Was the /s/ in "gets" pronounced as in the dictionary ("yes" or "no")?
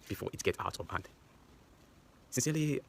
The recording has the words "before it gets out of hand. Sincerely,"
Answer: no